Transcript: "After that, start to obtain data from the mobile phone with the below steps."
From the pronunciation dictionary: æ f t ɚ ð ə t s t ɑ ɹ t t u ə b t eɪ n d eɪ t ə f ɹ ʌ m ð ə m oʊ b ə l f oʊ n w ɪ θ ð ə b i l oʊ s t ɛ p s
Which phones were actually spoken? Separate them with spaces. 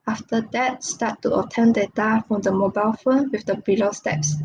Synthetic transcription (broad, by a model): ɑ f t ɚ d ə t s t ɑ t t u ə t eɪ n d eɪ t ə f ɹ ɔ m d ə m oʊ b ə l f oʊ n w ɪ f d ə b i l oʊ s t ɛ p s